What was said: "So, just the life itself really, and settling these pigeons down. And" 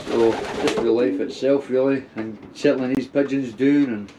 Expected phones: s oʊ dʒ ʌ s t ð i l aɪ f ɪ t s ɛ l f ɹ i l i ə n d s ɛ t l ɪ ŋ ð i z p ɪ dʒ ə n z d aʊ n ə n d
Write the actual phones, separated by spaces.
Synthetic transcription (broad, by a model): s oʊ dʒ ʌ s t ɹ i l aɪ f ɪ t s ɛ l f ɹ i l i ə n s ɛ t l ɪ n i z p ɪ dʒ ə n z d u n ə n